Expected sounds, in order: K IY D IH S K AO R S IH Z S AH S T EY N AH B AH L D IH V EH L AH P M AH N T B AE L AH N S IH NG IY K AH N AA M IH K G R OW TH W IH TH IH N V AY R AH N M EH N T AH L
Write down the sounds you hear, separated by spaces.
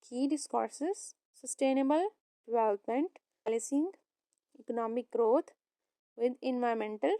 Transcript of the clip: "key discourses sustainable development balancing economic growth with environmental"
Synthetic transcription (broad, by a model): K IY D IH S K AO R S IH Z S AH S T EY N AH B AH L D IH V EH L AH P M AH N T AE L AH S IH NG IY K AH N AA M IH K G R OW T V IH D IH N V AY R M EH N T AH L